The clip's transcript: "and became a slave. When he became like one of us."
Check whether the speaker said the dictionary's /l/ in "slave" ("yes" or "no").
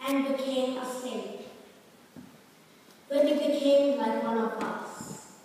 no